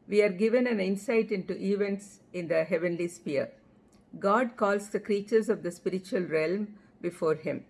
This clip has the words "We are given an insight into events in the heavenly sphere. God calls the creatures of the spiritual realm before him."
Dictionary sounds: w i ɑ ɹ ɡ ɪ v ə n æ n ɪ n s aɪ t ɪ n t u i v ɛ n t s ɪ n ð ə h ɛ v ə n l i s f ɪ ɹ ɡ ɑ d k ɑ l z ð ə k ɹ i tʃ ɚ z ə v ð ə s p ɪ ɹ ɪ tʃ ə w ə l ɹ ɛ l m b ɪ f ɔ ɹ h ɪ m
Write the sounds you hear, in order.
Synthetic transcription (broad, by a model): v i ɑ ɹ ɡ ɪ v ə n æ n ɪ n s aɪ t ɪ n t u i v ɛ n t s ɪ n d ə h ɛ v ə n l i s p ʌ ɹ ɡ ɑ d k ɑ l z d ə k ɹ i tʃ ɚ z ə v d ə s p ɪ ɹ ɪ tʃ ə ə l ɹ ɛ l m b ɪ f ɔ ɹ h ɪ m